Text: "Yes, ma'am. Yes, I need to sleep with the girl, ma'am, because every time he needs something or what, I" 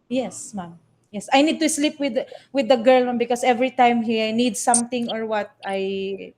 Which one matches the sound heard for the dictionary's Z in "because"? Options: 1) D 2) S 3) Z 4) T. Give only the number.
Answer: 2